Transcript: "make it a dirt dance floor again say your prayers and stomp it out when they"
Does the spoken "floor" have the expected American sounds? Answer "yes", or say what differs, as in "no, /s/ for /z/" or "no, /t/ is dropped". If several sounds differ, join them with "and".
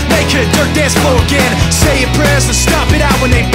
no, /l/ is dropped